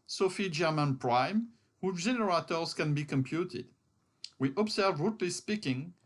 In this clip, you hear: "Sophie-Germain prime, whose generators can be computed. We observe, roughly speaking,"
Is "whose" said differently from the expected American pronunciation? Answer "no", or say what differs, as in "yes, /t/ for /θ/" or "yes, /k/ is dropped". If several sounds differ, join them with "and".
yes, /z/ is dropped